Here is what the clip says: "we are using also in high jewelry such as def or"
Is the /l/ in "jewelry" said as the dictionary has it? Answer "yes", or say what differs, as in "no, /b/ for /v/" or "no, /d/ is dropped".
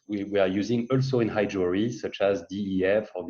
no, /l/ is dropped